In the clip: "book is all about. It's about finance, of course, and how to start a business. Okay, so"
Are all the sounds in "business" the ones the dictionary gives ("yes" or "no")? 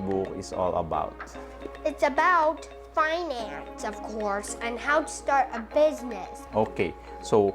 yes